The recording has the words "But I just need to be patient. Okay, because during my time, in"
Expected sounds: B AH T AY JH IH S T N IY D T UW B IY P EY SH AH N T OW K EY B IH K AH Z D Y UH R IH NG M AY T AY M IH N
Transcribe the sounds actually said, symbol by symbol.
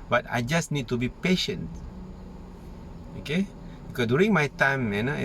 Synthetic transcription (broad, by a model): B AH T AY JH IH S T N IY D T UW B IY P EY SH AH N T OW K EY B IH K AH D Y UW R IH NG M AY T AY M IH N